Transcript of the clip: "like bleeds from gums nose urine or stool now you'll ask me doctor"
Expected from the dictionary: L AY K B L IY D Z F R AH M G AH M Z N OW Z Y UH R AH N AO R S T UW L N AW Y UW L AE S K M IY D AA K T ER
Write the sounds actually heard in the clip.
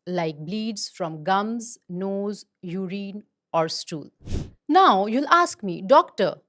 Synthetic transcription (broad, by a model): L AY K B L IY D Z F R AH M G AH M Z N OW Z Y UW R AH N AO R S T UW L N AW Y UW L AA S K M IY D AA K T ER